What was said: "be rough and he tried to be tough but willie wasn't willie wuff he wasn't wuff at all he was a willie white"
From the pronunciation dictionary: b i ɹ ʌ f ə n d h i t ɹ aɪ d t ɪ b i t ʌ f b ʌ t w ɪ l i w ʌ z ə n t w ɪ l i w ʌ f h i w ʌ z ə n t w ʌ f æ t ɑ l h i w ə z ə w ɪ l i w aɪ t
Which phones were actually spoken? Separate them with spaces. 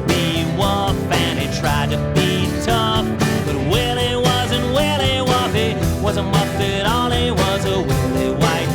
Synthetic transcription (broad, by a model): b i w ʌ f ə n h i t ɹ aɪ d t ɪ b i t ʌ f b ʌ t w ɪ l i w ʌ z ə n t w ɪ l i w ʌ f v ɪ w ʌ z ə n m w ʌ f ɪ t ɑ l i w ə z ə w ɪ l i w aɪ t